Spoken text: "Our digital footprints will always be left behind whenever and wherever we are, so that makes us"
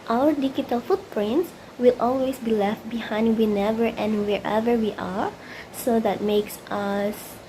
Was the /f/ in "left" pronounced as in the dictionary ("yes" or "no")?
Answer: yes